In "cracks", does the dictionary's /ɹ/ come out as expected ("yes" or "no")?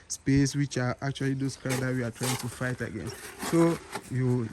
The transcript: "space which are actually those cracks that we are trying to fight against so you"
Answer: no